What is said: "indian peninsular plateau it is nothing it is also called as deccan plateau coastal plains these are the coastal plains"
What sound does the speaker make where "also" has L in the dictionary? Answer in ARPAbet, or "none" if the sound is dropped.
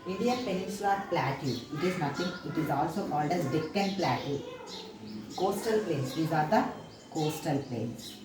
L